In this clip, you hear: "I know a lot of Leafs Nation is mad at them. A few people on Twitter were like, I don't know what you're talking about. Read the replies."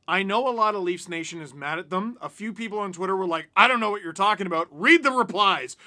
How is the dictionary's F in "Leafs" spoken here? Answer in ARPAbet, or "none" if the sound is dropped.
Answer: F